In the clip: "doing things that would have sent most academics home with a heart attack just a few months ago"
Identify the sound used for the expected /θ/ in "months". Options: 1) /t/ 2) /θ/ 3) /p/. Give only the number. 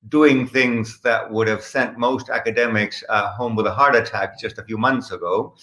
2